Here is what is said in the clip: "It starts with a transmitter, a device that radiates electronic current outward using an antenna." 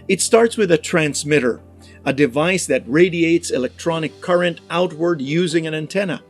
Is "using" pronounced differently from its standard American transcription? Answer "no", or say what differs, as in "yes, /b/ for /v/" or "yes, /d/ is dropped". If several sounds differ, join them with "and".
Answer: no